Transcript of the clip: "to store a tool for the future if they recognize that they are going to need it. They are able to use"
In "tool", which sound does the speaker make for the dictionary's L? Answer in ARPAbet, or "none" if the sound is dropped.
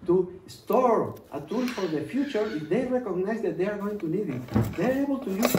N